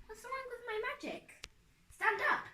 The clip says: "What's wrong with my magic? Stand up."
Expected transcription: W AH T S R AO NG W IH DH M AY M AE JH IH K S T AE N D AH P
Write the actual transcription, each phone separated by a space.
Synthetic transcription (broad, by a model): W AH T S L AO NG W IH DH M AY M AE JH IH K S T AE N D AH P